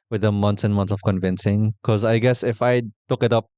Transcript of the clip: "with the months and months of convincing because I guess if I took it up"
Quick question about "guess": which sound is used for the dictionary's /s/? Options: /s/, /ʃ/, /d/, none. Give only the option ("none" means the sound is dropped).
/s/